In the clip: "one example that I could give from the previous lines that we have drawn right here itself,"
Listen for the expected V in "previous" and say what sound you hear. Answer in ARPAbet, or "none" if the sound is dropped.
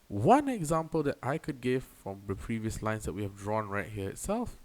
V